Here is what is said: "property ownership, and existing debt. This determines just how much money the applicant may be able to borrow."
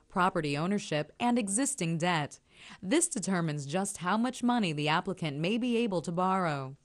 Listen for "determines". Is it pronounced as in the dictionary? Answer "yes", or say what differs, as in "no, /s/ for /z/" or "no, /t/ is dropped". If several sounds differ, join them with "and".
yes